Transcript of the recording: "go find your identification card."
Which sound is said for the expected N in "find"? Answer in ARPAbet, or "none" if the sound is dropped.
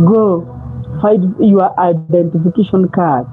none